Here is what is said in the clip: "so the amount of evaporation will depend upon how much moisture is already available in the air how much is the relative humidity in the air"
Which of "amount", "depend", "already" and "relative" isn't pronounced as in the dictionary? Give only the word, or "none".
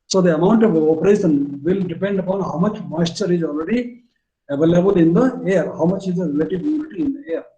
none